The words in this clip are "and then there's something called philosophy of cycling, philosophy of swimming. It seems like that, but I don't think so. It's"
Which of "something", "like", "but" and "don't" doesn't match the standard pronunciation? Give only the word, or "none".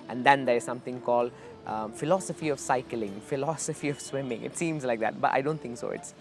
something